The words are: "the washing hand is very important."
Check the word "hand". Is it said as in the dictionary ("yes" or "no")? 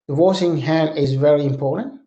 no